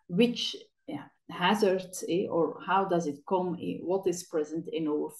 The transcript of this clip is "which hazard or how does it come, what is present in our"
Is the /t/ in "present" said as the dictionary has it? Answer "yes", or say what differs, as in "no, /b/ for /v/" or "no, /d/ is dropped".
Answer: yes